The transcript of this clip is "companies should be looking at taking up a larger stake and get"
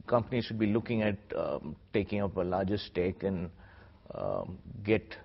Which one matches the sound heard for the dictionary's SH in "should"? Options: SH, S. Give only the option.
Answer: SH